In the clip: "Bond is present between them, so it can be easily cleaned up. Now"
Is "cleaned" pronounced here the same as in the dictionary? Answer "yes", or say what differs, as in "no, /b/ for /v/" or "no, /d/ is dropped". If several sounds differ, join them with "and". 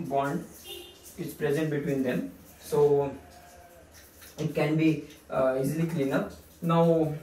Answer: no, /d/ is dropped